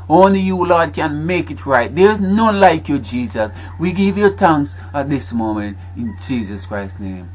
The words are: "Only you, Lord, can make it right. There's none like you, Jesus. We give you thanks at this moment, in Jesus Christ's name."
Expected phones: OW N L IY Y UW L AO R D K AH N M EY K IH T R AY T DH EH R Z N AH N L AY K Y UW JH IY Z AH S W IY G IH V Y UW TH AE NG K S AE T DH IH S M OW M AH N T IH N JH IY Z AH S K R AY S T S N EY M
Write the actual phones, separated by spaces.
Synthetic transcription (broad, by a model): OW N L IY Y UW L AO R D K AH N M EY K IH T R AY T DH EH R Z N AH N L AY K Y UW JH IY Z AH S W IY G IH V Y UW T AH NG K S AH T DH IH S M OW M AH N T IH N JH IY Z AH S K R AY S S N EY M